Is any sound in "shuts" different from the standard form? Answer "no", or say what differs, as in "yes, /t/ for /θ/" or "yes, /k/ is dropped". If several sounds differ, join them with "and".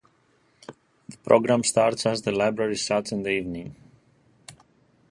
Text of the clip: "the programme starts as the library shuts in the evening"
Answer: yes, /s/ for /ʃ/